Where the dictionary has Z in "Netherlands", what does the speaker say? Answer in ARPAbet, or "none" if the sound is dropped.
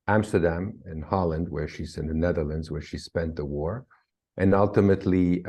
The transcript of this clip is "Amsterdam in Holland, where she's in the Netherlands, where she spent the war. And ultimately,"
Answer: Z